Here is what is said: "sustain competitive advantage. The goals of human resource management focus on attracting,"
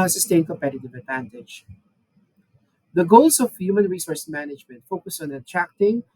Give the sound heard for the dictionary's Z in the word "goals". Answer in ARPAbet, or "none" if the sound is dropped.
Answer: S